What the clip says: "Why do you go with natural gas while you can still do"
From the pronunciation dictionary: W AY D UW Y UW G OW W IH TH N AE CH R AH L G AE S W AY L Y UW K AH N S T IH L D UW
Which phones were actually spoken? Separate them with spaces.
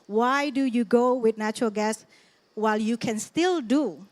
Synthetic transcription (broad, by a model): W AY D UW Y UW G OW W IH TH N AE CH R AH L G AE S W AY L Y UW K AH N S T IH L D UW